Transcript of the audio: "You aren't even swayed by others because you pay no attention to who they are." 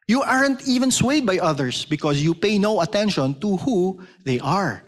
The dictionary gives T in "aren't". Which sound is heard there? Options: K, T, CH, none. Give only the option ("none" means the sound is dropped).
T